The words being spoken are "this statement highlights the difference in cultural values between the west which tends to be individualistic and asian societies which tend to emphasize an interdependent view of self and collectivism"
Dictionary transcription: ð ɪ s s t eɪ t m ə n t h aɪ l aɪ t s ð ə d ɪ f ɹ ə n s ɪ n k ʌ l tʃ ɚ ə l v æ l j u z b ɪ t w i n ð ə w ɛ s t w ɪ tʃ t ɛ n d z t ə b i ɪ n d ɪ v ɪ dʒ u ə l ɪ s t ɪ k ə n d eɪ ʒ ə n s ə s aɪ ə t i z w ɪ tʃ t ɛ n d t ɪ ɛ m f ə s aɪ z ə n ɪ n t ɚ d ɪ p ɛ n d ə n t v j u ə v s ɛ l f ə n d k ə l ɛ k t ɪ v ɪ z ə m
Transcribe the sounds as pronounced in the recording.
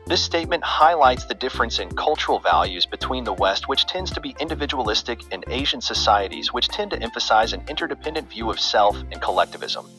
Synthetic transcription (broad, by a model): ð ɪ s s t eɪ t m ə n t h aɪ l aɪ t s ð ə d ɪ f ɹ ə n s ɪ n k ʌ l tʃ ɚ l v æ l j u z b ɪ t w i n ð ə w ɛ s t w ɪ tʃ t ɛ n d z t ə b i ɪ n d ɪ v ɪ dʒ u ə l ɪ s t ɪ k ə n eɪ ʒ ə n s ə s aɪ ə t i z w ɪ tʃ t ɛ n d t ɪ ɛ m f ə s aɪ z ə n ɪ n t ɚ d ɪ p ɛ n d ə n t v j u ə v s ɛ l f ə n k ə l ɛ k t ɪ v ɪ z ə m